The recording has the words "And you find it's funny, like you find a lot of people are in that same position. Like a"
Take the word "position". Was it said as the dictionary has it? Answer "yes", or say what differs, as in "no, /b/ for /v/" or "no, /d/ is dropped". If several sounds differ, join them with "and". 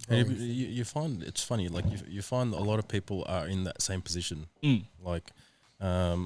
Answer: yes